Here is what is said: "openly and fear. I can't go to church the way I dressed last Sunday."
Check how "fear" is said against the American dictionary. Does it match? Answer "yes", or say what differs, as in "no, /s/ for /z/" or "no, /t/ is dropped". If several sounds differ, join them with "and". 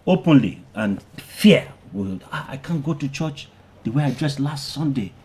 no, /l/ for /ɹ/